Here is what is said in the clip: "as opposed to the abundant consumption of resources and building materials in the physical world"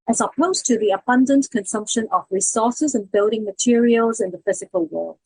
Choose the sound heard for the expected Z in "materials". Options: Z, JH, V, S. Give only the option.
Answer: Z